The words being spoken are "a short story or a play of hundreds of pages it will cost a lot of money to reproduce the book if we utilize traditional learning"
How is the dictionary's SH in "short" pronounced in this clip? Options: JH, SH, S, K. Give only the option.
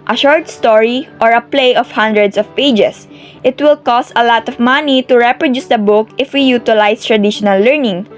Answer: SH